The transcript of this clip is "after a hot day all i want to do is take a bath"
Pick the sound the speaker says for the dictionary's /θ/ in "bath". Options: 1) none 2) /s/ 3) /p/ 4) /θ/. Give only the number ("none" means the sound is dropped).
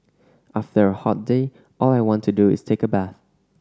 4